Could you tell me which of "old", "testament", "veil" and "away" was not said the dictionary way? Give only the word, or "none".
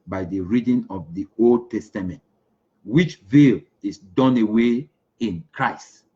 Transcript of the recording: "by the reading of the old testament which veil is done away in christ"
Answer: none